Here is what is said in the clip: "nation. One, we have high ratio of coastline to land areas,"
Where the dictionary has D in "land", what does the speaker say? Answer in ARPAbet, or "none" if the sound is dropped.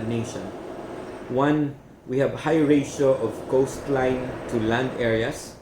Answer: D